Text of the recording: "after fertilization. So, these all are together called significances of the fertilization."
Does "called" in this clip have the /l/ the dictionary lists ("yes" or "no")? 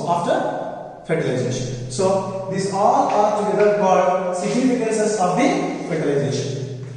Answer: no